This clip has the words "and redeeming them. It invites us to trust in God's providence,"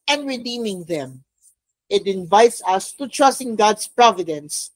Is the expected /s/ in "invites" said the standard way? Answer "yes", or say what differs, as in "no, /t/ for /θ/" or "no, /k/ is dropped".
yes